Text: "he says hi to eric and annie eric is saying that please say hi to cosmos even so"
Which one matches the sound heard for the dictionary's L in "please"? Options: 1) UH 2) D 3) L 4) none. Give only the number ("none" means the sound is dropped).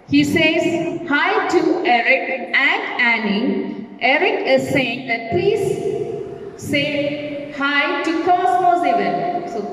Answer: 4